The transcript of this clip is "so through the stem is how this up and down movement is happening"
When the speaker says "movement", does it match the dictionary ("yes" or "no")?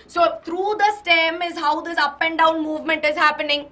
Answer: yes